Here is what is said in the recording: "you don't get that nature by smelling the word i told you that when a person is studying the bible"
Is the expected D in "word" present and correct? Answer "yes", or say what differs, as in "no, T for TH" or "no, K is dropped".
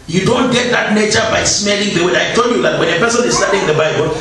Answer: no, D is dropped